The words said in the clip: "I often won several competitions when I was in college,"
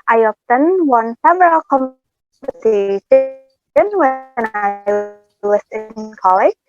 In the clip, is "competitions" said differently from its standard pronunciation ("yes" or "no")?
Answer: yes